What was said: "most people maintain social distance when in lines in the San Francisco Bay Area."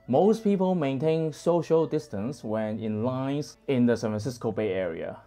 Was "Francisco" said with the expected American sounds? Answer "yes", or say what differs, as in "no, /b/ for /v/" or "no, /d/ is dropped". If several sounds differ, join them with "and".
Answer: no, /ɹ/ is dropped